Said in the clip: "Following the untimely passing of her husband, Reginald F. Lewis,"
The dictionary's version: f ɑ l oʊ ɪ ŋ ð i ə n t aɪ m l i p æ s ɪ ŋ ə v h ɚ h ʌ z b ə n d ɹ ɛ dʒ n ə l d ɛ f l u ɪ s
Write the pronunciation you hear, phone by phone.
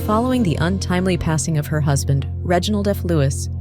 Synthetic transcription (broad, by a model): f ɑ l oʊ ɪ ŋ ð i ə n t aɪ m l i p æ s ɪ ŋ ə v ɚ h ʌ z b ə n d ɹ ɛ dʒ n l d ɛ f l u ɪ s